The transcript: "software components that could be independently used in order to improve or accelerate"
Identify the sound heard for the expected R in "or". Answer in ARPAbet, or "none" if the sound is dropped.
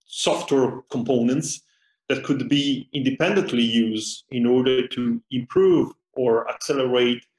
R